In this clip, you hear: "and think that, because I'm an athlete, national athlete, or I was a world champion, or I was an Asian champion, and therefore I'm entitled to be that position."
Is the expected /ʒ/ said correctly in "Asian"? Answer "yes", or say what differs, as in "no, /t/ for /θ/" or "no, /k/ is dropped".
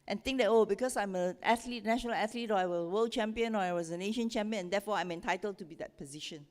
no, /ʃ/ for /ʒ/